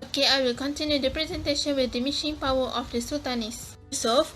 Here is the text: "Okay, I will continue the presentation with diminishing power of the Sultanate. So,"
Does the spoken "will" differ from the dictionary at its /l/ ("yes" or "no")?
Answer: no